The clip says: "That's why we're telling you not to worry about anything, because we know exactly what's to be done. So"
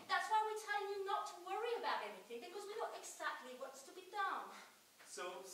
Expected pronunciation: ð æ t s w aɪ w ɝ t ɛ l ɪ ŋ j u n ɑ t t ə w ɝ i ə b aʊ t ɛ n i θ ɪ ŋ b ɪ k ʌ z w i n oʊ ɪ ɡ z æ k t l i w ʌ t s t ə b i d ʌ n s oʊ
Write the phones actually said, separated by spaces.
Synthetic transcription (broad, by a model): ð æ t s w aɪ w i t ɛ ɪ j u n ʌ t t ə w ɝ i ə b aʊ t ɛ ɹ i θ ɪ ŋ b ɪ k ʌ z w i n oʊ ɪ ɡ z æ k t l i w ʌ t s t ə b i d ʌ n s oʊ